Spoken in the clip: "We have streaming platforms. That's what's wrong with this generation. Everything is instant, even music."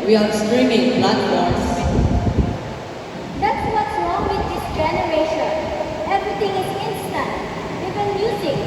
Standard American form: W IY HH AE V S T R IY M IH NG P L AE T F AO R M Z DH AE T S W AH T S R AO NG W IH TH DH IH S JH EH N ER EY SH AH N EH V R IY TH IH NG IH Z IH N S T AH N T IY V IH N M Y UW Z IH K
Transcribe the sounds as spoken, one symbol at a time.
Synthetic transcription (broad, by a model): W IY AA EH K S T R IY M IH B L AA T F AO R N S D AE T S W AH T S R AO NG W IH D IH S JH EH N ER EY SH AH N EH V R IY T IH NG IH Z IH N S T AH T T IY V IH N M Y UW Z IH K